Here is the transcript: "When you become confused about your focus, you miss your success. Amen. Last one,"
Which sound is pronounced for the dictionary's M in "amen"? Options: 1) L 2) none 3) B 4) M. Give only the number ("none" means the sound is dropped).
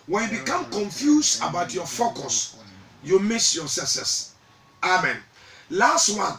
4